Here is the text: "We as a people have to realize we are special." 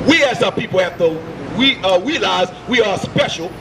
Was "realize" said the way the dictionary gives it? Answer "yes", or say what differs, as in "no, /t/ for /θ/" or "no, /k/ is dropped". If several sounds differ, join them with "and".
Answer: no, /w/ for /ɹ/